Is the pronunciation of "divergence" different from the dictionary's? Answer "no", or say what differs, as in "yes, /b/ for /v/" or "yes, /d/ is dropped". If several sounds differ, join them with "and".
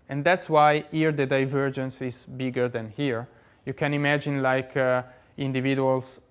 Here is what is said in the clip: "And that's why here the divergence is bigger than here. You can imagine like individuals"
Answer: no